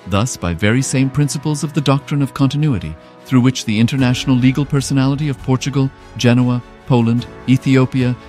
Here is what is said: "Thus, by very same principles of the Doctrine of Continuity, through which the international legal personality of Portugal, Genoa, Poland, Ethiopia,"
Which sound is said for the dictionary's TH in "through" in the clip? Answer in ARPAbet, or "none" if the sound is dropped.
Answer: TH